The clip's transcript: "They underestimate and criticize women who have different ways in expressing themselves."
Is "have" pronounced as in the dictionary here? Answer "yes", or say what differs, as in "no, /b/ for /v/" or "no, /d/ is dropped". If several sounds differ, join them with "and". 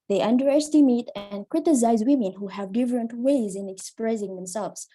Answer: yes